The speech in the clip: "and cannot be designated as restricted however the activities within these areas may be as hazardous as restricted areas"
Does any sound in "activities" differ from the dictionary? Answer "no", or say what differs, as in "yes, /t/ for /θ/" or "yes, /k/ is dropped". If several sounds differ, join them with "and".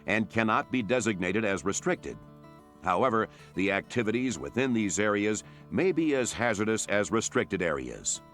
no